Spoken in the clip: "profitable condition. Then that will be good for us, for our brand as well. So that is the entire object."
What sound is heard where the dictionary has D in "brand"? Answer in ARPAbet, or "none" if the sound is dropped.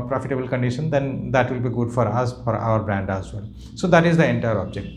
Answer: D